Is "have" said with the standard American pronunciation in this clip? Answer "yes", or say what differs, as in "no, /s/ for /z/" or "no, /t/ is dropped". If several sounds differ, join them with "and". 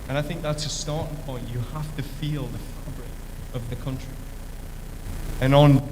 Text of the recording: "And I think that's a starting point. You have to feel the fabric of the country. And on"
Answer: no, /f/ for /v/